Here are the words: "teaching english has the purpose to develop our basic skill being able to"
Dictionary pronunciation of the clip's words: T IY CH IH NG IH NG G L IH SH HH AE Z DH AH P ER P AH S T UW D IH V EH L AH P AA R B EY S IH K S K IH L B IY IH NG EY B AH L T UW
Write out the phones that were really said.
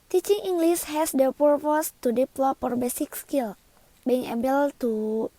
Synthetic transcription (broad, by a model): T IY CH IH NG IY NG G L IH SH HH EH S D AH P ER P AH S T UW D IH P L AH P AA R B EY S IH K S K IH L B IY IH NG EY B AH L T UW